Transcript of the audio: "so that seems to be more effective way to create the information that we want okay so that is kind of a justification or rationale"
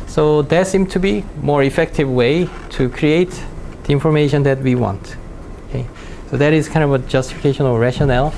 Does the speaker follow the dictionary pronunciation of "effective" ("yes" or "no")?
yes